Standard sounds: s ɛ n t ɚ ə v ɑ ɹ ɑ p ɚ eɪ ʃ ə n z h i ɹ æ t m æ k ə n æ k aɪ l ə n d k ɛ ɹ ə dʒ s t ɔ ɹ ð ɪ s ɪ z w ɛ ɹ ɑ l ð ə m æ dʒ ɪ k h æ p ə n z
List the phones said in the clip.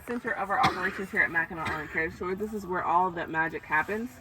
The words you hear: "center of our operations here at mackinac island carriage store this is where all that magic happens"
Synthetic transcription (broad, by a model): s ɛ n t ɚ ə v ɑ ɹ ɑ p ɚ eɪ ʃ ə n z h i ɹ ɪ t m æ k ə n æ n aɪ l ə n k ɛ ə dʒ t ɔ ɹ ð ɪ s ɪ z w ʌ ɹ ɑ l ð ə m æ dʒ ɪ k h æ p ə n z